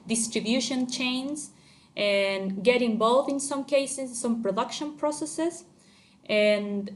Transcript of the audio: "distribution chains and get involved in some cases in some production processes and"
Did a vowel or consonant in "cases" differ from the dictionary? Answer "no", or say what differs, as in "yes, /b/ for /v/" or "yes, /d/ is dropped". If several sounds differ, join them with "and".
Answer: yes, /s/ is dropped and /s/ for /z/